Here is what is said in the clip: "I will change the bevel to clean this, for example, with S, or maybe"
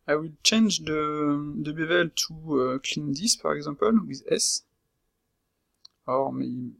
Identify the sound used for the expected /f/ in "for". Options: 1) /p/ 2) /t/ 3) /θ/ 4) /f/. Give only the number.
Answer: 1